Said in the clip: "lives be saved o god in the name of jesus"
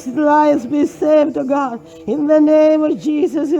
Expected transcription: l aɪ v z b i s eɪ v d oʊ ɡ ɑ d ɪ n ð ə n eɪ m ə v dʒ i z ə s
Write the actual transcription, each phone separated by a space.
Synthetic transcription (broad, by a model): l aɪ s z b i s eɪ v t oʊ ɡ ɑ d ɪ n ð ə n eɪ m ə v dʒ i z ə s